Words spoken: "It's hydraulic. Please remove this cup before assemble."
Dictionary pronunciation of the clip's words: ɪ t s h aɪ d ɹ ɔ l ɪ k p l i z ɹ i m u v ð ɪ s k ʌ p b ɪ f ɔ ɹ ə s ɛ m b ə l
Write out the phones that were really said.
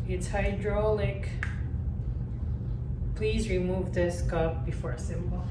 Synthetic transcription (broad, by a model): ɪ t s h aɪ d ɹ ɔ l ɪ k p l i z ɹ i m u v ð ɪ s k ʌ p b ɪ f ɔ ɹ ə s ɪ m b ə l